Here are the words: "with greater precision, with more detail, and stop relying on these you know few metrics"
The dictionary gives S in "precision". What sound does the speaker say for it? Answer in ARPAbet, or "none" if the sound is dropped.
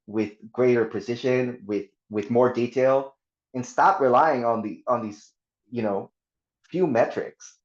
SH